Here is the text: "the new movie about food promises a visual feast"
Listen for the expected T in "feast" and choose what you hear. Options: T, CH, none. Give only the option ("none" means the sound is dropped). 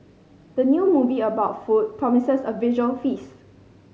none